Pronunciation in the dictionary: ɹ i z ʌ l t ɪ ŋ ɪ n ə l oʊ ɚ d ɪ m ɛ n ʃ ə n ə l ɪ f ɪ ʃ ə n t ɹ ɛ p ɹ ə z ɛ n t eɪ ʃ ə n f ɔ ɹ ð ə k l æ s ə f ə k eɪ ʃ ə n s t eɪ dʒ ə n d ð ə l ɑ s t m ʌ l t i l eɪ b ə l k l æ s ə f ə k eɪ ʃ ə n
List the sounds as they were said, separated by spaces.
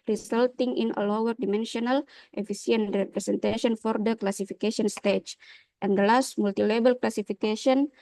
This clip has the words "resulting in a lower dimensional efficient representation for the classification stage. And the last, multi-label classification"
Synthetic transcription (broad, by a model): ɹ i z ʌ l t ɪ ŋ ɪ n ə l oʊ ɚ d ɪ m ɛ n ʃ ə n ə l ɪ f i s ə n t ɹ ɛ p ɹ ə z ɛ n t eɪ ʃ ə n f ɔ ɹ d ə k l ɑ s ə f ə k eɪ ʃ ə n s t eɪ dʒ ə n d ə l ɑ s t m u l t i l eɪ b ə l k l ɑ s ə f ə k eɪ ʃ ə n